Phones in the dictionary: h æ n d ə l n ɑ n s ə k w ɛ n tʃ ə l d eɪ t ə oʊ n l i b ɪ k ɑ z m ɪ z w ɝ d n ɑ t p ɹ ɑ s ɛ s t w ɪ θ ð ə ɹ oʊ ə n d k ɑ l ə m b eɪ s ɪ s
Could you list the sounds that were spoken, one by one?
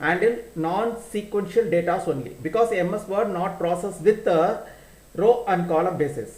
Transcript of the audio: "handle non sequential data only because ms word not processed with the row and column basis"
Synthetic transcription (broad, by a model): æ n d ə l n ɑ n s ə k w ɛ n ʃ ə l d eɪ t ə oʊ n l i b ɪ k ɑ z m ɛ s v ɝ d n ɑ t p ɹ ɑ s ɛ s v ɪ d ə ɹ oʊ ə n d k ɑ l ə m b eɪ s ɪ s